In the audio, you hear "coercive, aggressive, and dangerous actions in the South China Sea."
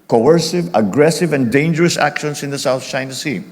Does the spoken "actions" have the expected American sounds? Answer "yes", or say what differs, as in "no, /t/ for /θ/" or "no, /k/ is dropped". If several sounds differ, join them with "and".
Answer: no, /s/ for /z/